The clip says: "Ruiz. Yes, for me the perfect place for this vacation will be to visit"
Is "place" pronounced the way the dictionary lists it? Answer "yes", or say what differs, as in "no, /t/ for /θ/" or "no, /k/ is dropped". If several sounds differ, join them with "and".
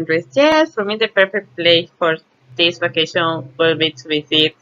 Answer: no, /s/ is dropped